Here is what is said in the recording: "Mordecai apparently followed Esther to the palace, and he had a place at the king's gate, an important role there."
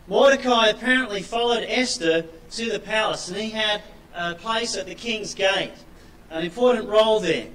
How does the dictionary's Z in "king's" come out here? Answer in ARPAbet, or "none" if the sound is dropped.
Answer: Z